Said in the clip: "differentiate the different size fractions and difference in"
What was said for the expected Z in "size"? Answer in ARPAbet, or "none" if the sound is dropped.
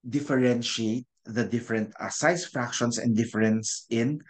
S